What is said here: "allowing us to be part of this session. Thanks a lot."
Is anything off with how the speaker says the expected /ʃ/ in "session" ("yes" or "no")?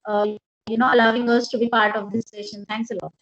no